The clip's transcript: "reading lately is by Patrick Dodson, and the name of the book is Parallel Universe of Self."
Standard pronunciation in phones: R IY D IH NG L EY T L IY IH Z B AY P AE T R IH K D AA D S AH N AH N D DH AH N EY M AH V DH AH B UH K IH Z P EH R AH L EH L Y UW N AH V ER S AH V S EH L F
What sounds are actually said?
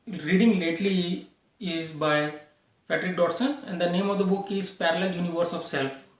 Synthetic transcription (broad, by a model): R IY D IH NG L EY T L IY IH Z B AY F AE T R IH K D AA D S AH N AH N D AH N EY M AH V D AH B UH K IH Z P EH R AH L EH L Y UW N AH V ER S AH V S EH L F